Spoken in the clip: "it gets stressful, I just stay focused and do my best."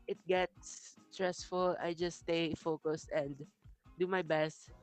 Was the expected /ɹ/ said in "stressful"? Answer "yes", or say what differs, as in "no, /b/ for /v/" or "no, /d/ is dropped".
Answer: yes